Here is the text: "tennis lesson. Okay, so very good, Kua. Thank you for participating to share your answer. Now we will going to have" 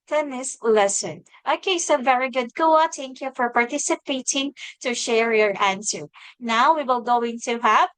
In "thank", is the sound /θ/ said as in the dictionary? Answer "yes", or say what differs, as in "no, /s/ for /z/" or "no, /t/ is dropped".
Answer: no, /t/ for /θ/